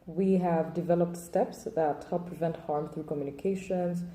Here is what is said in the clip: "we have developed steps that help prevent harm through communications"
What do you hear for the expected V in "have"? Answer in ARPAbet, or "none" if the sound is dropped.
V